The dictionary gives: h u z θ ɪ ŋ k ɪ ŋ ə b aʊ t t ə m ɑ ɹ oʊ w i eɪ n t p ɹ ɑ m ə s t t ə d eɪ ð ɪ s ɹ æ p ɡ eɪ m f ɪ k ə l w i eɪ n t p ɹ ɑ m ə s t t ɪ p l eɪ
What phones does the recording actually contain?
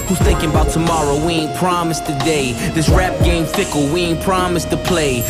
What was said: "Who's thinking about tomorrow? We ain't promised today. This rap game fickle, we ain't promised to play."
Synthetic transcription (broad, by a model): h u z θ ɪ ŋ k ɪ ŋ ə b aʊ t t ə m ɑ ɹ oʊ w i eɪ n p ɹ ɑ m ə s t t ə d eɪ ð ɪ s ɹ æ p ɡ eɪ m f ɪ k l w i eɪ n p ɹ ɑ m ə s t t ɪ p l eɪ